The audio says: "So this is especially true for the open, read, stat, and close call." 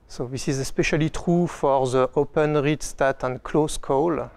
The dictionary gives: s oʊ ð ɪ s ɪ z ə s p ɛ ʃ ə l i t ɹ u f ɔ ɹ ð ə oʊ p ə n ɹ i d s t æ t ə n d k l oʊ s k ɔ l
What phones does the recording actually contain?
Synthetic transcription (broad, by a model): s oʊ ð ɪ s ɪ z ə s p ɛ ʃ ə l i t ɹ u f ɔ ɹ ð ə oʊ p ə n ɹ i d s t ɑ t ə n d k l oʊ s k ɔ l